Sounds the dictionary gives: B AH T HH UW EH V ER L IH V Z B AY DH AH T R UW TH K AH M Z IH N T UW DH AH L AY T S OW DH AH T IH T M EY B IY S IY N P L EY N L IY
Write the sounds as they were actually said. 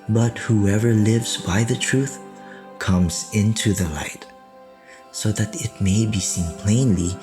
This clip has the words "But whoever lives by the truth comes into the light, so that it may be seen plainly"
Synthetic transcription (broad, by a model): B AH T HH UW EH V ER L IH V Z B AY DH AH T R UW TH K AH M Z IH N T UW DH AH L AY T S OW DH AH T IH T M EY B IY S IY N P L EY N L IY